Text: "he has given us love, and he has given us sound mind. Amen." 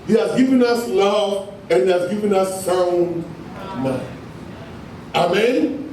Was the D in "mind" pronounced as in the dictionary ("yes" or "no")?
no